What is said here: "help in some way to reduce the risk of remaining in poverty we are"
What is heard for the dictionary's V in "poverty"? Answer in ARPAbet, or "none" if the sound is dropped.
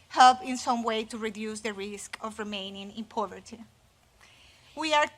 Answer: V